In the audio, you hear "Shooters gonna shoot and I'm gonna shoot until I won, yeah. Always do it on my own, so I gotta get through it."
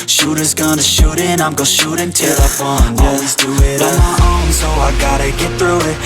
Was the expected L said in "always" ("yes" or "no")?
no